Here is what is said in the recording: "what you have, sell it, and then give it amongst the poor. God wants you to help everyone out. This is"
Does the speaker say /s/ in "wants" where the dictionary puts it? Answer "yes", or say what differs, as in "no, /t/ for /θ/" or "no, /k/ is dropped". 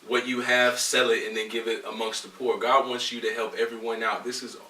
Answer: yes